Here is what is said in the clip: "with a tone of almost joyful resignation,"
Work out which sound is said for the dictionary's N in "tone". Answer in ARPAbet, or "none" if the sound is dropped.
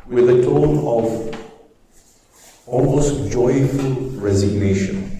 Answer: N